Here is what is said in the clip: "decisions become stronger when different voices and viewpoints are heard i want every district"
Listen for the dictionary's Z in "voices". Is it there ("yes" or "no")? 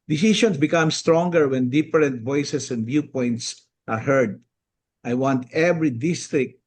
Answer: no